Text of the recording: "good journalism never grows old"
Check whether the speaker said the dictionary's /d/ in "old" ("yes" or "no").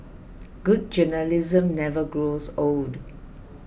yes